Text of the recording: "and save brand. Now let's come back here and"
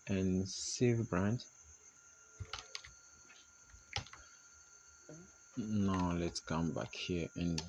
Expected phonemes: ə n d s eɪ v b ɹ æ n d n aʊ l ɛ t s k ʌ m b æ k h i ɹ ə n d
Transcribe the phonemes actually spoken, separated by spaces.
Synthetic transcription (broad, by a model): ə n s eɪ v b ɹ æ n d n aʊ l ɛ t s k ʌ m b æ k h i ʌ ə n